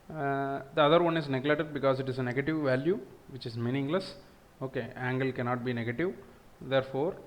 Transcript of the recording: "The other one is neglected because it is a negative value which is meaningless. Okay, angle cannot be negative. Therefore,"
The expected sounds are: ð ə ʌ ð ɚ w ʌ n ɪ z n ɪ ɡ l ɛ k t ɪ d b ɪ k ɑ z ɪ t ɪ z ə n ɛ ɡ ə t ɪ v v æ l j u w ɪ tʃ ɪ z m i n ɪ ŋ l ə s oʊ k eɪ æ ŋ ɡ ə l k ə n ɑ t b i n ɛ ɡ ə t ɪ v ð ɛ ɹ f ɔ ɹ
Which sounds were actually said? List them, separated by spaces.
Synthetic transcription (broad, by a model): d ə ʌ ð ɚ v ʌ n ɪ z n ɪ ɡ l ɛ t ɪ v b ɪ k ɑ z ɪ t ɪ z ə n ɛ ɡ ə t ɪ v v æ l j u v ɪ tʃ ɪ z m i n ɪ ŋ l ə s oʊ k eɪ æ ŋ ɡ ə l k ə n ɑ t b i n ɛ ɡ ə t ɪ v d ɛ ɹ f ɔ ɹ